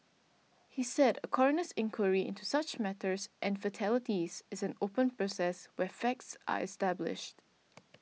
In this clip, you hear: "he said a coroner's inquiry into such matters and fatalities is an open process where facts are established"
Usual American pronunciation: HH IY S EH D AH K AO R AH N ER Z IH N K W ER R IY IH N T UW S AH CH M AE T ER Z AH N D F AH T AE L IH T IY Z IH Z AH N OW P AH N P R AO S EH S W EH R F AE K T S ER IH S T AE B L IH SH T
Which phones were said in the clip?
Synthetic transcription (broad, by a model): HH IY S EH D AH K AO R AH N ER S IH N K W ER R IY IH N T UW S AH CH M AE T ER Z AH N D F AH T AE L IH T IY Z IH Z AH N OW P AH N P R AO S EH S W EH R F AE K T S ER IH S T AE B L IH SH T